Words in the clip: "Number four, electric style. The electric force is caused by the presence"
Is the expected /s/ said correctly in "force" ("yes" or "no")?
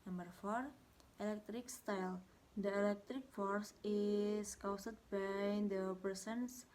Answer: yes